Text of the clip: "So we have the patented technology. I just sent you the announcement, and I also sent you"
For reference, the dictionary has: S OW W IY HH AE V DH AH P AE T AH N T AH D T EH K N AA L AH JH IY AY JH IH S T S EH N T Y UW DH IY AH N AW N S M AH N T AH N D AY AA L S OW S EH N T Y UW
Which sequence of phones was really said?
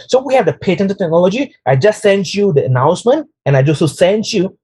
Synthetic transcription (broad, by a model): S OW W IY HH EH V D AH P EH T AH N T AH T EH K N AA L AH JH IY AY JH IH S S EH N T Y UW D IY AH N AW N S M AH N T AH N AY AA S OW S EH N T Y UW